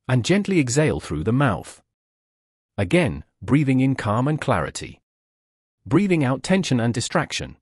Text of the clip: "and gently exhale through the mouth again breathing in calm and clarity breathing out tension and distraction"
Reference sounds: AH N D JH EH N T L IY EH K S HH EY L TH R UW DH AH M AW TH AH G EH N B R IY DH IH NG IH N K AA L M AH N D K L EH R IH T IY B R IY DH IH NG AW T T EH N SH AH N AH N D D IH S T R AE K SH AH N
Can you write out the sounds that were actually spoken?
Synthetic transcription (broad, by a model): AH N JH EH N T L IY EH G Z EY L TH R UW DH AH M AW TH AH G EH N B R IY DH IH NG IH N K AA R M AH N K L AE R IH T IY B R IY DH IH NG AW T T EH N SH AH N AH N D D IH S T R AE K SH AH N